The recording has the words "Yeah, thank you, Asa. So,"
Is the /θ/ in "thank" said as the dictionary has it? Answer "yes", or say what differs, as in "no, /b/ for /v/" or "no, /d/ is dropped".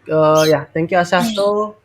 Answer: no, /t/ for /θ/